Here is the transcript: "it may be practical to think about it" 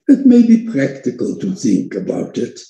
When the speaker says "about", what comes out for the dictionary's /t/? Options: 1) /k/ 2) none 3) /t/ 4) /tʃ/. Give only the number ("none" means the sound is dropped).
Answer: 3